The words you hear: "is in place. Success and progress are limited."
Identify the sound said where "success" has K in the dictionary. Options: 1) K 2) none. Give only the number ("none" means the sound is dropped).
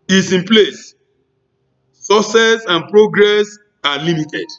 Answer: 2